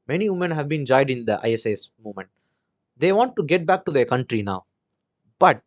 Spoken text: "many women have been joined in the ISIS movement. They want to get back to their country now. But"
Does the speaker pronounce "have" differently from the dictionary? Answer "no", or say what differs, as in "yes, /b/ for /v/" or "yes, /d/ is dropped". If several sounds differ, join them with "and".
no